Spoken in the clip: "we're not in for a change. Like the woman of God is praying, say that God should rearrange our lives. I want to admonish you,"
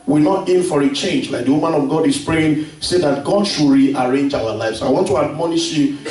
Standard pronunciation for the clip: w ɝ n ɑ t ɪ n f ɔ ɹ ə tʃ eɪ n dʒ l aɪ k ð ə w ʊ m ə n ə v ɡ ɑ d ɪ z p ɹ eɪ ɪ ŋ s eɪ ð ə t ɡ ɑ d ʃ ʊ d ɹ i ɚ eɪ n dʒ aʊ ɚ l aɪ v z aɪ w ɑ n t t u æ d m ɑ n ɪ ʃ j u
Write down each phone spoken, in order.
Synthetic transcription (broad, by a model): w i n ɑ t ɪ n f ɔ ɹ ə tʃ eɪ n dʒ l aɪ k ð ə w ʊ m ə n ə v ɡ ɑ d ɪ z p ɹ eɪ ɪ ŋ s eɪ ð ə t ɡ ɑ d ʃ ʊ ɹ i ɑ eɪ n dʒ aʊ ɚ l aɪ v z aɪ w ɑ n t t u æ d m ɑ n ɪ ʃ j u